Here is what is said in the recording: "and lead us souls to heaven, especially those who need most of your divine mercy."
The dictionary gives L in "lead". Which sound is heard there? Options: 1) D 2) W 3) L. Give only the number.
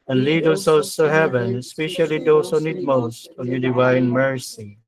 3